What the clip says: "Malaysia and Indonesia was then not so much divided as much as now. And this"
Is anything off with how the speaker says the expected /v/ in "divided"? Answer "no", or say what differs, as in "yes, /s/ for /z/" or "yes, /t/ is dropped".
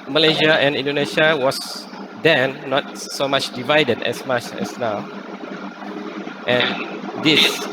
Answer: no